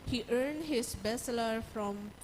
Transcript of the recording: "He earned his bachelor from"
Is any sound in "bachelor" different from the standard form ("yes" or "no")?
yes